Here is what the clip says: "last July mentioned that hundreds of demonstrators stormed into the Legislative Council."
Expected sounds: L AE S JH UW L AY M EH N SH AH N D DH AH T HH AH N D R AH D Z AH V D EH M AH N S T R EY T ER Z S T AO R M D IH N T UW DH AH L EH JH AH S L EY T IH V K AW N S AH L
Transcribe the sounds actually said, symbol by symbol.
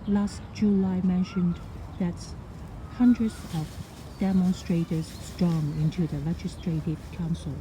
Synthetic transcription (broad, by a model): L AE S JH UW L AY M EH N SH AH N DH AH T HH AH N D R AH D Z AH V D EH M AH N S T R EY T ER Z S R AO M IH N T UW DH AH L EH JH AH S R EY T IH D K AW N S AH L